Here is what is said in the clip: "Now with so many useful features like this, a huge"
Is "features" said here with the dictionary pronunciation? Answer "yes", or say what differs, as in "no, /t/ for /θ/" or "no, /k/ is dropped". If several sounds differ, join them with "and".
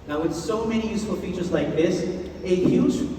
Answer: yes